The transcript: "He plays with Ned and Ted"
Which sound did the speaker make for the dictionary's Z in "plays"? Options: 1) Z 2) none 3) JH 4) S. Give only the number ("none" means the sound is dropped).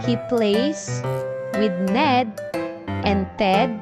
4